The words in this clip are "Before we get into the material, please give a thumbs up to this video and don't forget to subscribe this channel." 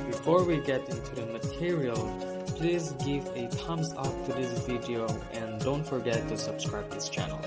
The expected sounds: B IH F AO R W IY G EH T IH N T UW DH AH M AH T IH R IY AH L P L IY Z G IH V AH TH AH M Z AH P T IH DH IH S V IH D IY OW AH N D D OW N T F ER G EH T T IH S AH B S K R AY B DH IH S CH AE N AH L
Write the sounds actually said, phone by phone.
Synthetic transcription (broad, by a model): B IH F AO R W IY G EH T IH N T UW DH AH M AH T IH R IY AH L P L IY Z G IH V AH T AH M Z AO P T IH DH IH S V IH D IY OW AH N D D OW N T F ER G EH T T IH S AH B S K R AY B DH IH S CH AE N L